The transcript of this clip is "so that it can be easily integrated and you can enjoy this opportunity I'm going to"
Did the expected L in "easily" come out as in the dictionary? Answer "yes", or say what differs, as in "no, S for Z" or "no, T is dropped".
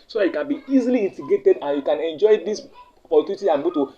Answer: yes